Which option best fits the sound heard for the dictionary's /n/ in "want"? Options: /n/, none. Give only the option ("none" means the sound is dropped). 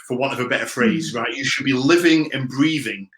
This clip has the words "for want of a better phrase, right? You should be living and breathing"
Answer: none